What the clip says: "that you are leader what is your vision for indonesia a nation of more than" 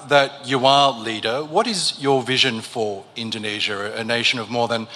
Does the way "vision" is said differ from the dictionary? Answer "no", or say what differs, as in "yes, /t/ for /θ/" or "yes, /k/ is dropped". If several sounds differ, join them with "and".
no